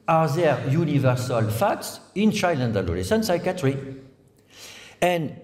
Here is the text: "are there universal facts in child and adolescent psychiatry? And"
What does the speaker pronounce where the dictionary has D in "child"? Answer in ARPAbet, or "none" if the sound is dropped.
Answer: none